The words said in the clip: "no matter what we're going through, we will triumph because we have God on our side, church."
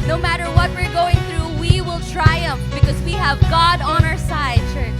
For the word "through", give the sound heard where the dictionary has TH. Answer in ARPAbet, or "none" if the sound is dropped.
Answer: TH